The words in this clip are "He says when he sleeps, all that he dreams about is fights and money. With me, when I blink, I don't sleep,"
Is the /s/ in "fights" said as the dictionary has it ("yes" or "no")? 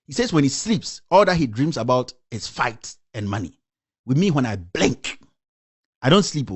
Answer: no